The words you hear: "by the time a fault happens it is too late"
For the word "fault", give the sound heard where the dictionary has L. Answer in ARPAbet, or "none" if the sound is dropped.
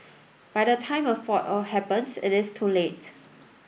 none